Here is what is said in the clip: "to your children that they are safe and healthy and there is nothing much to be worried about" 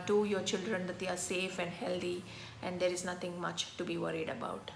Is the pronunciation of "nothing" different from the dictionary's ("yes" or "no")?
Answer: yes